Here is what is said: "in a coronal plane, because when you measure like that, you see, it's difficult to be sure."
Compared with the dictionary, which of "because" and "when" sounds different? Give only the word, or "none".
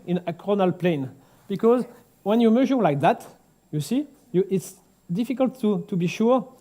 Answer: none